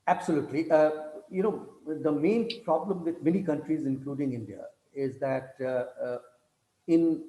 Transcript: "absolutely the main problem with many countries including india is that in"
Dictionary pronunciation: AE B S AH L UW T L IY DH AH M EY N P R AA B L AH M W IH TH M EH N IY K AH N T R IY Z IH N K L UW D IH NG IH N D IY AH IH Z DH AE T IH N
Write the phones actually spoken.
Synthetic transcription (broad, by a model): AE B S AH L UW T L IY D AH M EY N P R AA B L AH M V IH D M EH N IY K AH N T R IY Z IH N K L UW D IH NG IH N D IY AH IH Z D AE T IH N